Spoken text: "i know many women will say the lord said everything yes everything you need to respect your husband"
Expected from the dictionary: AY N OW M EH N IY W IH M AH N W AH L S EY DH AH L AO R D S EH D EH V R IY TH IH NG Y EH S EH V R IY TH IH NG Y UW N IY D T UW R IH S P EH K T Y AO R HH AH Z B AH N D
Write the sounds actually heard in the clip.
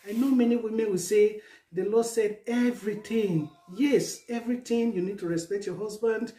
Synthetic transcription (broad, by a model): AY N OW M EH N IY W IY M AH N W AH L S EY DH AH L AO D S EH D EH V R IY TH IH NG Y EH S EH V R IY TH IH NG Y UW N IY D T UW R IH S P EH K T Y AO HH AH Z B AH N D